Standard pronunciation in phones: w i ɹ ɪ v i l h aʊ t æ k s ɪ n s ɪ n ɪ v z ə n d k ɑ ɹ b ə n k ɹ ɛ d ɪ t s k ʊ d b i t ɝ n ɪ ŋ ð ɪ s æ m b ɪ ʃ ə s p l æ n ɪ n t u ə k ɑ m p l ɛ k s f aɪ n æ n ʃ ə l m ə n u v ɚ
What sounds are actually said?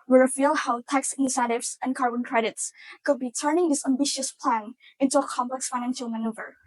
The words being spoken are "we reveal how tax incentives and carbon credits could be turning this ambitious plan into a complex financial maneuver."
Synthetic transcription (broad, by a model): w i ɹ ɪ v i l h aʊ t æ k s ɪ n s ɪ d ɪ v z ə n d k ɑ ɹ b ə n k ɹ ɛ d ɪ t s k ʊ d b i t ɝ n ɪ ŋ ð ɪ s æ m b ɪ ʃ ə s p l æ n ɪ n t u ə k ɑ m p l ɛ k s f aɪ n æ n ʃ ə l m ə n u v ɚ